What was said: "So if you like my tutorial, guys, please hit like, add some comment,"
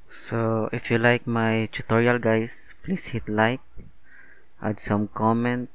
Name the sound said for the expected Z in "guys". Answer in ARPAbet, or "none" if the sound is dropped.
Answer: S